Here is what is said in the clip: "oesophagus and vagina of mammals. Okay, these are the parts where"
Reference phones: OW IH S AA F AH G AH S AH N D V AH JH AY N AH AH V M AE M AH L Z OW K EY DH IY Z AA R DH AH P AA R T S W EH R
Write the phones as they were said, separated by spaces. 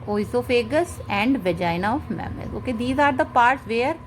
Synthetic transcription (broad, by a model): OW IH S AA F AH G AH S AH N D V AH JH AY N AH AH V M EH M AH Z OW K EY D IY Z AA R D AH P AA R T S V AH R